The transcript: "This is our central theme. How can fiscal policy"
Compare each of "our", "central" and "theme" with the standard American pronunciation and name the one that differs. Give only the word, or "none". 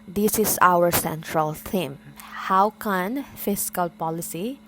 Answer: theme